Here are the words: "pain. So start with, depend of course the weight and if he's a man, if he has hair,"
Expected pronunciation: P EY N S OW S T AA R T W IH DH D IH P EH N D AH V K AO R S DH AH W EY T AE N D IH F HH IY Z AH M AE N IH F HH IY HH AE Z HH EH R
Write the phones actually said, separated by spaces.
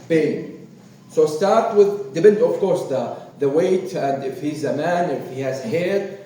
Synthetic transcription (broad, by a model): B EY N S OW S T AA R T W IH DH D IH B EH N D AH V K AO R S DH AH W EY T AE N D IH F HH IY Z AH M AE N IH F HH IY HH AE Z HH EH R